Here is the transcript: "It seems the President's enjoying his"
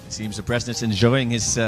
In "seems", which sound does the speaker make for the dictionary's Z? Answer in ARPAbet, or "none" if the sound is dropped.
Z